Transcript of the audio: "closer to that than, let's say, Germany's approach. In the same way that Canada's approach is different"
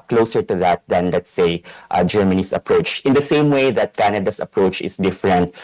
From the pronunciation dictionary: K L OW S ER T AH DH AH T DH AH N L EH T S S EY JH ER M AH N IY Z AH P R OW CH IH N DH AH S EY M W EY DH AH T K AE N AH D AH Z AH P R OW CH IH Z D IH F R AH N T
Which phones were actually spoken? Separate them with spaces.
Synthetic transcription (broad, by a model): K L OW S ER T AH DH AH T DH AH N L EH T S S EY JH ER M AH N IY S AH P R OW CH IH N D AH S EY M W EY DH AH T K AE N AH D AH S AH P R OW CH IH S D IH F R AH N T